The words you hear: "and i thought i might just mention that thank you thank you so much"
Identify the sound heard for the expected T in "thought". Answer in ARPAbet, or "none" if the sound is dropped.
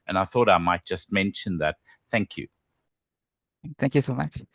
T